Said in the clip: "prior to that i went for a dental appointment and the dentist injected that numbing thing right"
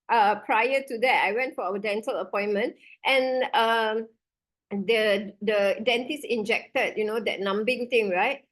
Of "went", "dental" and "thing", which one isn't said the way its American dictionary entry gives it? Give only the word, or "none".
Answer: thing